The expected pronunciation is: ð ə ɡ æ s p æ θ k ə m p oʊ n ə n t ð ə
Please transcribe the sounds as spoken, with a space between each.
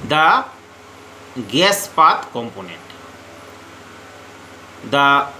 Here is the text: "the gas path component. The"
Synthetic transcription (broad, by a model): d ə ɡ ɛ s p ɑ t k ə m p oʊ n ə n t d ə